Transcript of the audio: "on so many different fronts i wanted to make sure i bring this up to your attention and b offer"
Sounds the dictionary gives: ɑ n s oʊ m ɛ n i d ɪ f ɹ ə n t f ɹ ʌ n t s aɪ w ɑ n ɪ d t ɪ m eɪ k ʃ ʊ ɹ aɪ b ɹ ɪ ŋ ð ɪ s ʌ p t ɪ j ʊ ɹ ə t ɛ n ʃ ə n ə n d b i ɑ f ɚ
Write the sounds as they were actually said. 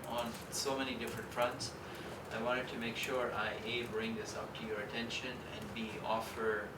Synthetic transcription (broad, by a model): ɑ n s oʊ m ɛ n i d ɪ f ɹ ə n t f ɹ ʌ n t s aɪ w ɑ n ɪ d t ɪ m eɪ k ʃ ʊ ɹ aɪ b ɹ ɪ ŋ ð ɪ s ʌ p t ɪ j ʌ ɹ ə t ɛ n ʃ ə n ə n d b i ɑ f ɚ